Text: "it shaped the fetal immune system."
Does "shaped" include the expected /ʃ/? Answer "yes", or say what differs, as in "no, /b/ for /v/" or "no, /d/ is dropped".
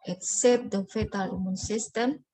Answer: no, /s/ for /ʃ/